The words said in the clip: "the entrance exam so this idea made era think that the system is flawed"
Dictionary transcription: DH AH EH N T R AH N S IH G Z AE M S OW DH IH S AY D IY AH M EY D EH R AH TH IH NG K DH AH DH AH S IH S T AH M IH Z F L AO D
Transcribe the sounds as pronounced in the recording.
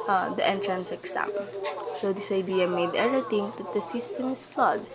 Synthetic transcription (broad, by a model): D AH EH N T R AH N S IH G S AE M S OW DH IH S AY D IY AH M EY D EH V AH T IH NG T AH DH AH S IH S T AH M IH S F L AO D